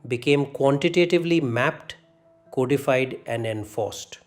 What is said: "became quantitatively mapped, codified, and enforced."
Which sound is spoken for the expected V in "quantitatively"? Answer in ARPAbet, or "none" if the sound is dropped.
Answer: V